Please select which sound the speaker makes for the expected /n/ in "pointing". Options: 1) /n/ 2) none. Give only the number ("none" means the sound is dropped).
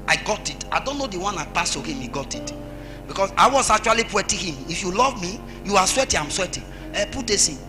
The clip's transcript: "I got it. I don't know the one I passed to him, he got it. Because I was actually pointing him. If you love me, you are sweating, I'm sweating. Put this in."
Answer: 2